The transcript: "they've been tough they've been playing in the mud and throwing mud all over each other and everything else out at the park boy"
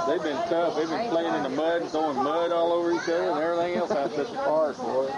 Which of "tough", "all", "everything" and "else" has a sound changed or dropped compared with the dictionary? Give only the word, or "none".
tough